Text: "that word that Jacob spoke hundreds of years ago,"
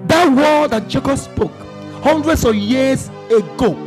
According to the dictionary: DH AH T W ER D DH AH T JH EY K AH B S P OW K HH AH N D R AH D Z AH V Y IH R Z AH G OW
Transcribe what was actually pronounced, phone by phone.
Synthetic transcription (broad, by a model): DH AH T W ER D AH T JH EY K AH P S P OW K HH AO N D R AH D S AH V Y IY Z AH G OW